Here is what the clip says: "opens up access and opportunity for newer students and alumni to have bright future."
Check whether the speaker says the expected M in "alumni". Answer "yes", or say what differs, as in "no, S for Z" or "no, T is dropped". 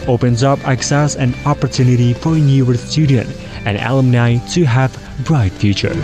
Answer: yes